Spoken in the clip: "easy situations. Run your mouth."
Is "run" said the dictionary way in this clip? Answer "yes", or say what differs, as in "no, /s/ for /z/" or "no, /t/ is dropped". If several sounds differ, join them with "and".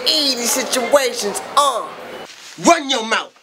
no, /w/ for /ɹ/